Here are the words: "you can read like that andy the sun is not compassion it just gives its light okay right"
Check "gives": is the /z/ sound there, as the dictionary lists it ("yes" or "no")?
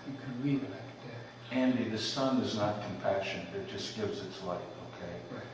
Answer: yes